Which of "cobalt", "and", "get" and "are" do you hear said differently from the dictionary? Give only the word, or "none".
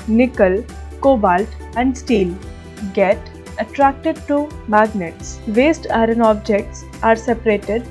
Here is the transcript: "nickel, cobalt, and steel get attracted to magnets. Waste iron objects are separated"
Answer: none